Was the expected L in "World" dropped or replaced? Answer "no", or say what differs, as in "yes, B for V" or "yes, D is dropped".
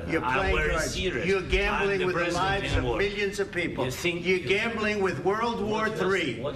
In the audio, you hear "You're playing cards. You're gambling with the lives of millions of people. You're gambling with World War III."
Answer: no